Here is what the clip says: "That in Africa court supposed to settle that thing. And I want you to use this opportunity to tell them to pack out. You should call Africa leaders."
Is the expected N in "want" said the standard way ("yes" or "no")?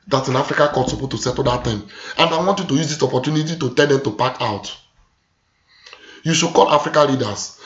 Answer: yes